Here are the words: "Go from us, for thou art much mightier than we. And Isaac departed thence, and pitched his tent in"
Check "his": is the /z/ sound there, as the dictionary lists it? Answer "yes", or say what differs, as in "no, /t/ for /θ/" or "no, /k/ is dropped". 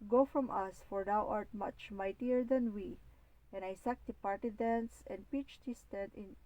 no, /s/ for /z/